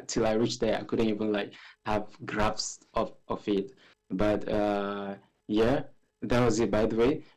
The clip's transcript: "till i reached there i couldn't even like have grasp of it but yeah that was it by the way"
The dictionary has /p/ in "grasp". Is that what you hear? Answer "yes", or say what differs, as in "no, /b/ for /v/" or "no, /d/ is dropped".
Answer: no, /f/ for /p/